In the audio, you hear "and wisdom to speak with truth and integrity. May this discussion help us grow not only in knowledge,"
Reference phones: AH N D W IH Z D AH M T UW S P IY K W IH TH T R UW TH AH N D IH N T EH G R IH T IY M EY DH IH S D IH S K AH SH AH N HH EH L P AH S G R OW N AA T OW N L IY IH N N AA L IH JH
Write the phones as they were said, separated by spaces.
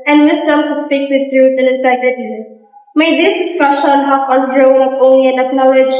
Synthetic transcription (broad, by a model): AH N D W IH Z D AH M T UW S P IY K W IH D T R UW T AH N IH N T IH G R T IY M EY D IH S D IH S K AH SH AH N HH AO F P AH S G R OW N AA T OW N L IY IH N N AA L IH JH